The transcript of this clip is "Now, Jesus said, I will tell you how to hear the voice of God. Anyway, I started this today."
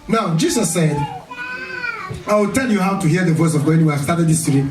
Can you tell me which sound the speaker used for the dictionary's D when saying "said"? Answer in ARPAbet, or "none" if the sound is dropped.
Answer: D